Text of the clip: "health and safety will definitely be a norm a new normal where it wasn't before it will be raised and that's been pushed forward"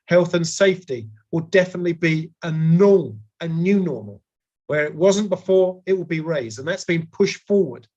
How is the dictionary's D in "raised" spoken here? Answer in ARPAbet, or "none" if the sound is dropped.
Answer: D